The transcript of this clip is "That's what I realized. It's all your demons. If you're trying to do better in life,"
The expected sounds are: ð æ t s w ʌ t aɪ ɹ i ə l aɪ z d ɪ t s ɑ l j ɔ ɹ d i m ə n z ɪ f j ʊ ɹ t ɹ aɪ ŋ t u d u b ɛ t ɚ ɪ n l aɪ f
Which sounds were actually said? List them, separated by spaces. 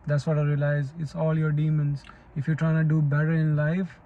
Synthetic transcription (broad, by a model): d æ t s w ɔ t aɪ ɹ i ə l aɪ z ɪ t s ɑ l j ɔ ɹ d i m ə n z ɪ f j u t ɹ aɪ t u d u b ɛ t ɚ ɪ n l aɪ f